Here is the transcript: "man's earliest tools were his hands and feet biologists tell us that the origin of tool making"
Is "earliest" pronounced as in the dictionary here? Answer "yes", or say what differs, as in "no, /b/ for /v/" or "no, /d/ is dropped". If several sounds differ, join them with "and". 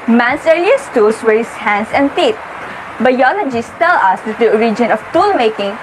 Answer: no, /l/ is dropped